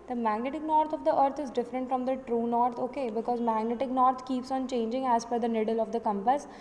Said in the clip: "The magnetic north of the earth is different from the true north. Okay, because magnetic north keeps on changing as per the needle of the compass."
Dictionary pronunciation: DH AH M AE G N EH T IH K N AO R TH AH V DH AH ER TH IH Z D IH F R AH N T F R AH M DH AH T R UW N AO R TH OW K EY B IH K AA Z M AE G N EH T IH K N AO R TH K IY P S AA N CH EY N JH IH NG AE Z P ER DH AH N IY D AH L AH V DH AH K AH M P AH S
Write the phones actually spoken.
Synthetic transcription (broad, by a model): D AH M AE G N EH T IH K N AO R T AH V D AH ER T IH Z D IH F R AH N T F R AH M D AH T R UW N AO R T OW K EY B IH K AA Z M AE G N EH T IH K N AO R T K IY P S AA N CH EY N JH IH NG AE Z F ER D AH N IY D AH L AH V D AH K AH M P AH S